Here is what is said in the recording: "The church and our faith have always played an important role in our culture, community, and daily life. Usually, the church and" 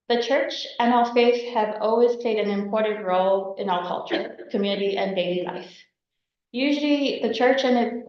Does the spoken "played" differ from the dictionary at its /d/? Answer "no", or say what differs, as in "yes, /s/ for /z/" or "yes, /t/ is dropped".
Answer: no